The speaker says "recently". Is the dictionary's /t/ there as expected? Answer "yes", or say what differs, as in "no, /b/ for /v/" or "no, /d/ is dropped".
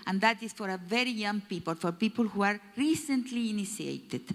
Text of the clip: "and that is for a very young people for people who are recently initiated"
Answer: yes